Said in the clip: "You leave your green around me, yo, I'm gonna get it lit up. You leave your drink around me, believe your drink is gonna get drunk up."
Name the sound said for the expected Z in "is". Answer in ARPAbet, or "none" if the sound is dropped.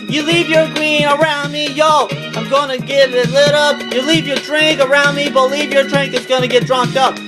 S